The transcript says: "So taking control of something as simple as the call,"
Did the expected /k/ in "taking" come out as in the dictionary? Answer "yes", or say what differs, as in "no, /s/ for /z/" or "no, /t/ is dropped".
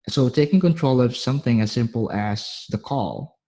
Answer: yes